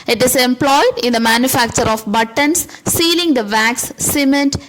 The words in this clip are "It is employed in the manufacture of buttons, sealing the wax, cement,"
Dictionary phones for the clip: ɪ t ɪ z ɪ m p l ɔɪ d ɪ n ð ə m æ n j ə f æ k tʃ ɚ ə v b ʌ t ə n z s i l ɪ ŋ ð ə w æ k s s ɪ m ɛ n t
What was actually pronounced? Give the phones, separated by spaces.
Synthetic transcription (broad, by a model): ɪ t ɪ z ɪ m p l ɔɪ d ɪ n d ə m æ n j ə f æ k tʃ ɚ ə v b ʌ t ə n s i l ɪ ŋ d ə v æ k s s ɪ m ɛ n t